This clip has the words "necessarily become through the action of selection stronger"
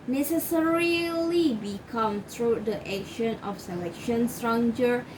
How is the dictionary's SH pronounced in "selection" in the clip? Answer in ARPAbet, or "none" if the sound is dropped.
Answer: SH